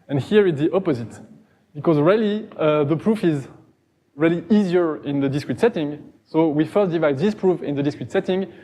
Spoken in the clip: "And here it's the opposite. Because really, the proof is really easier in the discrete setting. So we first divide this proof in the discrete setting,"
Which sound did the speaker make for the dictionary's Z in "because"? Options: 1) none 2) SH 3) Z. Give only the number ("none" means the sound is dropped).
3